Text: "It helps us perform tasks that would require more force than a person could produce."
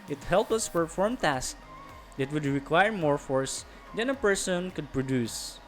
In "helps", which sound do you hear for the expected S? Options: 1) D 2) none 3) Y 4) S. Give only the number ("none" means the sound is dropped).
2